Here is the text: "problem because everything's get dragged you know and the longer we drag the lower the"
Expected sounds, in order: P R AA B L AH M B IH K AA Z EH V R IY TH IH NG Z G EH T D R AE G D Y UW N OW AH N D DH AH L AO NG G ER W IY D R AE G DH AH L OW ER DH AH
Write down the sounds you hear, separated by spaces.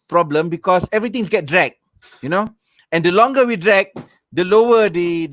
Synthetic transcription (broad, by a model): P R AA B L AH M B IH K AA S EH V R IY T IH NG S G EH T D R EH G Y UW N OW AH N D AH L AO NG G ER W IY D R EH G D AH L OW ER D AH